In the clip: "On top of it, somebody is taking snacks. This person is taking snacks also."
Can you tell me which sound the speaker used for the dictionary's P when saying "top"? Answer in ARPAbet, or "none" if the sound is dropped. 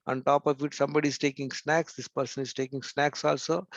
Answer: P